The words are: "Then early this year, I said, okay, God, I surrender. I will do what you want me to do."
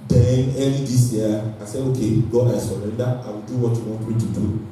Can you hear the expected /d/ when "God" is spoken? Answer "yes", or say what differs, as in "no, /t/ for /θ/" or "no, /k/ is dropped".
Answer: no, /d/ is dropped